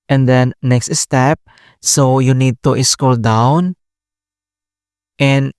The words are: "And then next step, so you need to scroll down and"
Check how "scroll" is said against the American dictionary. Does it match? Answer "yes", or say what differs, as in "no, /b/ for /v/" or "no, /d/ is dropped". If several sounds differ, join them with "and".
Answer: no, /ɹ/ is dropped